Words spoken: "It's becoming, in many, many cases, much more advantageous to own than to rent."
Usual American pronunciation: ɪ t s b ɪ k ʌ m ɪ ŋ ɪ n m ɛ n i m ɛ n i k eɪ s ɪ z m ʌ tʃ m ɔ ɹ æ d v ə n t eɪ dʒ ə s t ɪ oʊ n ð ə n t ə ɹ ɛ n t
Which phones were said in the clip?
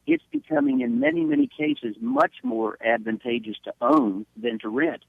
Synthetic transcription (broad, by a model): ɪ t s b ɪ k ʌ m ɪ ŋ ɪ n m ɛ n i m ɛ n i k eɪ s ɪ z m ʌ tʃ m ɔ ɹ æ d v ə n t eɪ dʒ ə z t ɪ oʊ n ð ə n t ə ɹ ɛ n t